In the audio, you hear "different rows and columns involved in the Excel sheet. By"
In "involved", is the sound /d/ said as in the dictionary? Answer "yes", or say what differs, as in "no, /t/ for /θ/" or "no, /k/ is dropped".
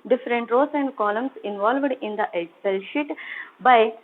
yes